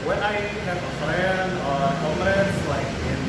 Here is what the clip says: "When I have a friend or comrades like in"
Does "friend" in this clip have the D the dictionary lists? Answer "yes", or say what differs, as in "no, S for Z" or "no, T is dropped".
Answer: no, D is dropped